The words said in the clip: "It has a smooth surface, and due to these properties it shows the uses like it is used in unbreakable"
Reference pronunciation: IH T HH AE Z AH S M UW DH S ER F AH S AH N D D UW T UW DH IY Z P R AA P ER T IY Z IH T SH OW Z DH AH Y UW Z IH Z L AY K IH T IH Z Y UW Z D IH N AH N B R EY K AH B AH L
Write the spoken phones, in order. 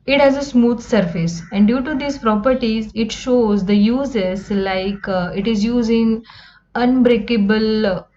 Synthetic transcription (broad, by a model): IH T HH AE Z AH S M UW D S ER F AH S AH N D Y UW T UW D IY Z P R AA P ER T IY Z IH T SH OW Z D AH Y UW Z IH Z L AY K IH T IH Z Y UW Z IH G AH N B R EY K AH B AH L